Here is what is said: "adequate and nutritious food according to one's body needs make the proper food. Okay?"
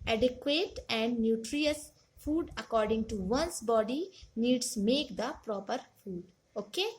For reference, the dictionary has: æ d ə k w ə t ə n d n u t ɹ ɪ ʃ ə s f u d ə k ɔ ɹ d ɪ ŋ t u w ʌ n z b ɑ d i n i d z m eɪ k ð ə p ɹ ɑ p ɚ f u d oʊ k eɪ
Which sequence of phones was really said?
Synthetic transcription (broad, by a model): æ d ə k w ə t ə n d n u t ɹ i ə s f u d ə k ɔ ɹ d ɪ ŋ t u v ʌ n s b ɑ d i n i d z m eɪ k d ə p ɹ ɑ p ɚ f u d oʊ k eɪ